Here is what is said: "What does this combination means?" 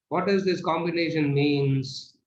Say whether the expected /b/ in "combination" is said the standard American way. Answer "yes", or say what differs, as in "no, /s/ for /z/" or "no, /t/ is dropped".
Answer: yes